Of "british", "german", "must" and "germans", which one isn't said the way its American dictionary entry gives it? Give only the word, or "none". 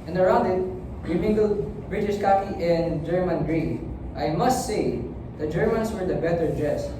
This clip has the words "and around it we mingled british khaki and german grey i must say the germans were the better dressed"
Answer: germans